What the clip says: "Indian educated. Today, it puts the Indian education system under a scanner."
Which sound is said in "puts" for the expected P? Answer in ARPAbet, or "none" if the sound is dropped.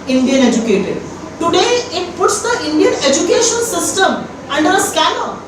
P